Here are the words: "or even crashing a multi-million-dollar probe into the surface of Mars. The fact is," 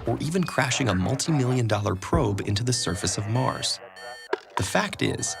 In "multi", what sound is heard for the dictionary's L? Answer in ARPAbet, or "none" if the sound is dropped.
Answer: L